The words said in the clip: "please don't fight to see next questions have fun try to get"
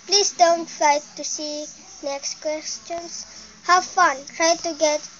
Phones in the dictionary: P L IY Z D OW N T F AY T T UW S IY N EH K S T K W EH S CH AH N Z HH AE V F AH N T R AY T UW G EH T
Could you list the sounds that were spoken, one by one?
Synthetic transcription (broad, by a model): P L IY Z D OW N T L AY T T UW S IY N EH K S T K W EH S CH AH N S HH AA W F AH N T R AY T UW G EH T